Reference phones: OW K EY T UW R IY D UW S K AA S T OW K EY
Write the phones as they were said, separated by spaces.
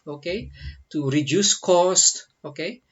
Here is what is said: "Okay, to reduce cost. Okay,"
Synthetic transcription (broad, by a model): OW K EY T UW R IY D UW S K AA S T OW K EY